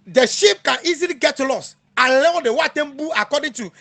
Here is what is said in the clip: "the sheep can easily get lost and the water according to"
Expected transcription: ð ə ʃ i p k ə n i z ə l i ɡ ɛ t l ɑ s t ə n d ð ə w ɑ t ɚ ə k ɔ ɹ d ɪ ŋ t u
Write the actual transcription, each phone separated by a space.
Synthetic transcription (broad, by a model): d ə ʃ i p k ə n i z ə l i ɡ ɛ t l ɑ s ə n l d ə w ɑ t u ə k ɔ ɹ d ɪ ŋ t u